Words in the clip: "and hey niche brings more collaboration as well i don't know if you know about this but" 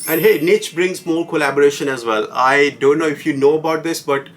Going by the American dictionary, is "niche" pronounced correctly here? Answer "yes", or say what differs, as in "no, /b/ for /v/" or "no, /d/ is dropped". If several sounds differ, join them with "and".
yes